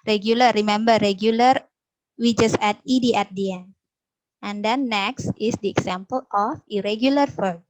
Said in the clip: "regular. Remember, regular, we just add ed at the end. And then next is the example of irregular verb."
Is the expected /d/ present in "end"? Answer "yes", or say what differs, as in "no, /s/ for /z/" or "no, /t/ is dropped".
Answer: no, /d/ is dropped